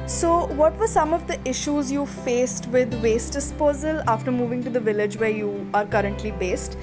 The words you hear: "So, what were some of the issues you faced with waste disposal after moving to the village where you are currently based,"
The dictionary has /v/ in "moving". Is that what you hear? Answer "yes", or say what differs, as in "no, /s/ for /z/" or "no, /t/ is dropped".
yes